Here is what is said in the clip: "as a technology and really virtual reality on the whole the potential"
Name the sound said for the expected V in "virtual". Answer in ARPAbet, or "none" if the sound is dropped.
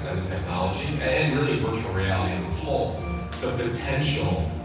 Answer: P